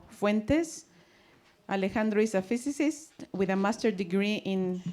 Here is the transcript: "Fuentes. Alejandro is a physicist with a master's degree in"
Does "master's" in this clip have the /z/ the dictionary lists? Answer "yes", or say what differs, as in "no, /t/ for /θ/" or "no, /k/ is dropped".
no, /z/ is dropped